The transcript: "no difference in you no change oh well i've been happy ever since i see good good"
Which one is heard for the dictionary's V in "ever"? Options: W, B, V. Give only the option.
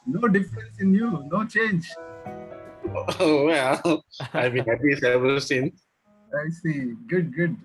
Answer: B